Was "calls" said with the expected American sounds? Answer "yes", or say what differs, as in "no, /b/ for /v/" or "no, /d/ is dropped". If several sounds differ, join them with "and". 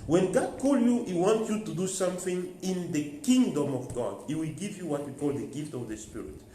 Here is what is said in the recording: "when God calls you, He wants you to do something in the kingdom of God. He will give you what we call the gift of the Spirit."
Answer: no, /z/ is dropped